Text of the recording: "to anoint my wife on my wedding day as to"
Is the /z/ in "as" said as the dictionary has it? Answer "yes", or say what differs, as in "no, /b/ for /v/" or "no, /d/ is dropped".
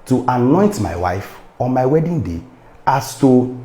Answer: no, /s/ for /z/